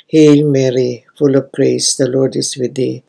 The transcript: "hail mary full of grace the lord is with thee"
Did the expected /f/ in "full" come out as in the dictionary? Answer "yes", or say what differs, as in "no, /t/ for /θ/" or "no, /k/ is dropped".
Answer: yes